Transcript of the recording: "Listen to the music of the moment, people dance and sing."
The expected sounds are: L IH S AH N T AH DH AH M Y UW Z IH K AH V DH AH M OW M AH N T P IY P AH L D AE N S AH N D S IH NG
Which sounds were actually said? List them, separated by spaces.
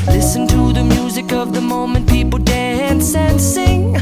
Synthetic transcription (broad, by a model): L IH S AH N T AH DH AH M Y UW Z IH K AH V DH AH M OW M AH N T P IY P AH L D AE N S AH N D S IH NG